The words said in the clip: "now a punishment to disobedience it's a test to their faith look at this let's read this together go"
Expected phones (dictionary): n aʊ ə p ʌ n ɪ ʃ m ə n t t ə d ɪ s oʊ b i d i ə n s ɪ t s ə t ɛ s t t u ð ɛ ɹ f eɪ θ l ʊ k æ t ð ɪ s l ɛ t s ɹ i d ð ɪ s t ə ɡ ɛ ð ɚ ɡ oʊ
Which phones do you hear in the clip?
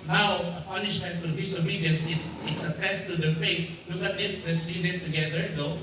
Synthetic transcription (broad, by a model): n aʊ ə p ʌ n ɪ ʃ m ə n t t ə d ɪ s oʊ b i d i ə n s ɪ t s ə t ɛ s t t u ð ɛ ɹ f eɪ t l ʊ k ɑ t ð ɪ s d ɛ s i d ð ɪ s t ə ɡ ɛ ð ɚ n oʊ